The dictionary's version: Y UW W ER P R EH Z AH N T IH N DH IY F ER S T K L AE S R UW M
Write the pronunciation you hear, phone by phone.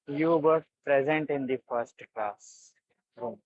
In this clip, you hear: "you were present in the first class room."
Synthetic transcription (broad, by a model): Y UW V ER P R EH Z AH N T IH N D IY F ER S T K L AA S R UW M